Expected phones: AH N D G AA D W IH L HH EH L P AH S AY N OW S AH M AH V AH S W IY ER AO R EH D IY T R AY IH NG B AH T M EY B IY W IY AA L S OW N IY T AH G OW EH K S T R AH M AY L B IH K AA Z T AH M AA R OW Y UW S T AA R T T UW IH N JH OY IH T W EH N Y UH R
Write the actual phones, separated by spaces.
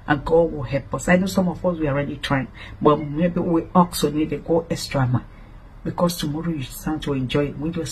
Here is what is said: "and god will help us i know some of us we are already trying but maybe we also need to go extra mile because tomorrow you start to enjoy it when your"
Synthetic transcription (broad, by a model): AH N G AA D W IH L HH EH L P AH S AY N OW S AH M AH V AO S W IY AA R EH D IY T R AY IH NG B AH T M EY B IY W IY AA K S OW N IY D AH G OW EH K S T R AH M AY N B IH K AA S T AH M AA R OW Y UW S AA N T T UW IH N JH OY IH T W EH N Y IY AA